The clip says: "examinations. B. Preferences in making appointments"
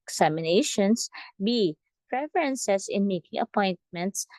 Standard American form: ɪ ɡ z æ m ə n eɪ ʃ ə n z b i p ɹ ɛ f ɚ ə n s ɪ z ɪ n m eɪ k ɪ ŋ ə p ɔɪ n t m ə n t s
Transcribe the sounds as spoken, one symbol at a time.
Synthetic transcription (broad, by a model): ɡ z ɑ m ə n eɪ ʃ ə n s b i p ɹ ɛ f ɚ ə n s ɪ s ɪ n m eɪ k ɪ ŋ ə p ɔɪ n t m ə n t s